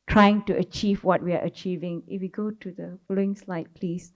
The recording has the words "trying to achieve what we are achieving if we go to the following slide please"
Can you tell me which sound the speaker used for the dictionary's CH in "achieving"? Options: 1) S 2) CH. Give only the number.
2